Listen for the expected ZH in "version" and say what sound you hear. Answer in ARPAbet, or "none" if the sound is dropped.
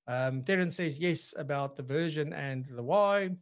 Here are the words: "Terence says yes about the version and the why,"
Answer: ZH